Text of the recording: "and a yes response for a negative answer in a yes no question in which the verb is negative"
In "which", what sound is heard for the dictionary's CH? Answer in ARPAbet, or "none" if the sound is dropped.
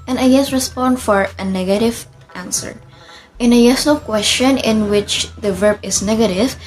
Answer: CH